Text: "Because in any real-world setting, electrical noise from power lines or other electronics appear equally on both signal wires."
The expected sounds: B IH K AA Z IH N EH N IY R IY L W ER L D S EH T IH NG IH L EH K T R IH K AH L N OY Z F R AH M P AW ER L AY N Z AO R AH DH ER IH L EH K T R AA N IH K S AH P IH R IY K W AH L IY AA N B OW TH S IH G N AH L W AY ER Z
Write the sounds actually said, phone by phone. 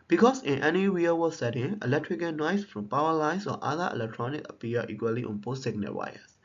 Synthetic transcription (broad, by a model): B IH K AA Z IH N EH N IY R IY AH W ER S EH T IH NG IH L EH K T R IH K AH N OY S F R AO M P AW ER L AY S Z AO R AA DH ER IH L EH K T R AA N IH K AH P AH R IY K W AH L IY AA N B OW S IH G N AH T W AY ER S